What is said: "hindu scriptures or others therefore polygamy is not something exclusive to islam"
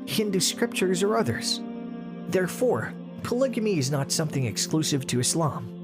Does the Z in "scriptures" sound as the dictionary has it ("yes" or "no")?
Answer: yes